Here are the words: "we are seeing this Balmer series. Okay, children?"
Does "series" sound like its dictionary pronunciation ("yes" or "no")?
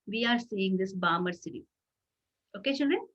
no